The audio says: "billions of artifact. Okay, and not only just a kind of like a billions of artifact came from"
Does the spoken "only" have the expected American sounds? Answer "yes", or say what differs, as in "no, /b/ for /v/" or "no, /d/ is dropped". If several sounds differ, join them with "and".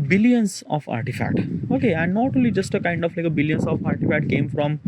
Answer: no, /n/ is dropped